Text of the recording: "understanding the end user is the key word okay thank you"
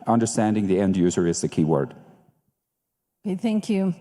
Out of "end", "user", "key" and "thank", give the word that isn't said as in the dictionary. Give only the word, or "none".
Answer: none